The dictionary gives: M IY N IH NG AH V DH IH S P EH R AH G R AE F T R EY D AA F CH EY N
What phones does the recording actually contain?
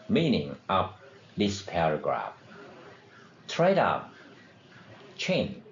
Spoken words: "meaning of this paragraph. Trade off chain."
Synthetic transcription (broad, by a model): M IY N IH NG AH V DH IH S P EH R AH G R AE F T R EY D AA P CH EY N